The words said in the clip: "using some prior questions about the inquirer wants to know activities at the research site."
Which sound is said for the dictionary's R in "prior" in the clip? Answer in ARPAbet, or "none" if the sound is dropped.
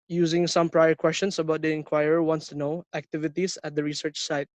R